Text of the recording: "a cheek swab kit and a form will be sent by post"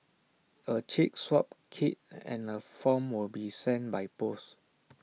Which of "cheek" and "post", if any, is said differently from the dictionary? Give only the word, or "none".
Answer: post